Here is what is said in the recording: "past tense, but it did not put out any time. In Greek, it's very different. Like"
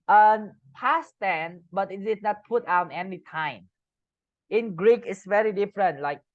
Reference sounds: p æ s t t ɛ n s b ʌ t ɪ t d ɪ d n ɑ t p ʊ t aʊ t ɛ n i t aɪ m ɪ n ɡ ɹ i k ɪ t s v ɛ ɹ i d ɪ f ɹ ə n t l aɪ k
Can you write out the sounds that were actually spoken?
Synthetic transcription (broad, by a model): p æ s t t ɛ n b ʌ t ɪ t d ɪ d n ɑ t p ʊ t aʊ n ɛ n i t aɪ m ɪ n ɡ ɹ i k ɪ t s v ɛ ɹ i d ɪ f ɹ ə n t l aɪ k